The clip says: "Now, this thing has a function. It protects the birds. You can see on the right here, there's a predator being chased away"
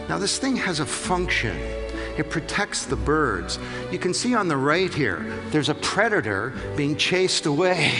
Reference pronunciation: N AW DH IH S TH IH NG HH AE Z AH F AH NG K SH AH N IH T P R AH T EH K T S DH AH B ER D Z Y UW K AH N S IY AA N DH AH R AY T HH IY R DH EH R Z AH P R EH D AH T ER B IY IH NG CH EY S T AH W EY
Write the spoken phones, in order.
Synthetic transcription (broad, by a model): N AW DH IH S TH IH NG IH Z AH F AH NG K SH AH N IH T P R AH T EH K T S DH AH B ER D Z Y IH K AH N S IY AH N DH AH R AY T HH IY R DH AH R Z AH P R EH D AH T ER B IY IH NG CH EY S T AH W EY